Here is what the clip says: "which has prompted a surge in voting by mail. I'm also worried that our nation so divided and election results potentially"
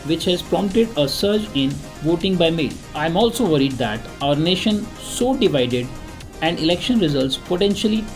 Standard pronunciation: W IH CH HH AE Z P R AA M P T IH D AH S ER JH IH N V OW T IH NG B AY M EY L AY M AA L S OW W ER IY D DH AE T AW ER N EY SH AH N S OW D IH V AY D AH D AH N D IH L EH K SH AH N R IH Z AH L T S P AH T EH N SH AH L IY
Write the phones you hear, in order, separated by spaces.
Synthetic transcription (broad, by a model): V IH CH HH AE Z P R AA M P T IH D AH S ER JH IH N V OW T IH NG B AY M EY L AY M AA L S OW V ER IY D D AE T AW ER N EY SH AH N S OW D IH V AY D AH D AH N D IH L EH K SH AH N R IH Z AH L T S P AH T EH N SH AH L IY